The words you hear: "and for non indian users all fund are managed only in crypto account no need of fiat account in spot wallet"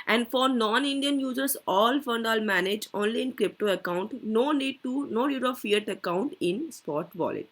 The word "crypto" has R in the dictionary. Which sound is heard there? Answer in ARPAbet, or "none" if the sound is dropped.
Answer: R